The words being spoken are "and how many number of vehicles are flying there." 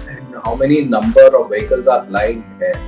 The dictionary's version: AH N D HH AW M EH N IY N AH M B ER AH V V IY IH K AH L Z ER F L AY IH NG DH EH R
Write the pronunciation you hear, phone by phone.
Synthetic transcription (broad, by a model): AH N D HH AW M EH N IY N AH M B ER AH V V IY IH K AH L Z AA P L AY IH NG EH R